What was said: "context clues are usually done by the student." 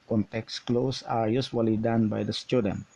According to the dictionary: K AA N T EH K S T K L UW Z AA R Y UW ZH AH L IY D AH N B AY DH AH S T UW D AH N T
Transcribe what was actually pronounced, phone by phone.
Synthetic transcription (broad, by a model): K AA N T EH K S K L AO S AA R Y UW S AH L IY D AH N B AY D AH S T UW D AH N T